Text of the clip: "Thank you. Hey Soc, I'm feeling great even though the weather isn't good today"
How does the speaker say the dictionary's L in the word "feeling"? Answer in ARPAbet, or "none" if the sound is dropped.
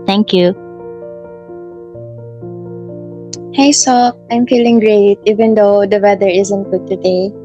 L